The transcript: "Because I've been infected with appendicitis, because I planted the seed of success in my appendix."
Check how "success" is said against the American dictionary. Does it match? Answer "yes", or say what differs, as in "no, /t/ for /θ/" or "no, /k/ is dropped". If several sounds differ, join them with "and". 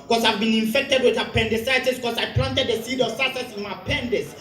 no, /k/ is dropped